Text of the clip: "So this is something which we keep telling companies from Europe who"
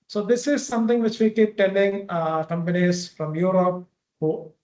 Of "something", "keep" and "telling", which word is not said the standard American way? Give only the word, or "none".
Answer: something